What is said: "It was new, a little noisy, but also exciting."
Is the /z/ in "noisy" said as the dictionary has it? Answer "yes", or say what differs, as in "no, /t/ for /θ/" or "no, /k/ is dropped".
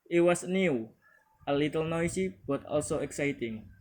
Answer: no, /s/ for /z/